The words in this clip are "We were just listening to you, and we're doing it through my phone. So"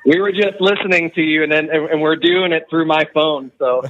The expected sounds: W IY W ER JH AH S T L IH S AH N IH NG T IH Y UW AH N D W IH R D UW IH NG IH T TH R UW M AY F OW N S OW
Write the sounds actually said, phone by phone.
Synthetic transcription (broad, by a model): W IY W ER JH AH S T L IH S AH N IH NG T IH Y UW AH N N W IH R D UW IH NG IH T TH R UW M AY F OW N S OW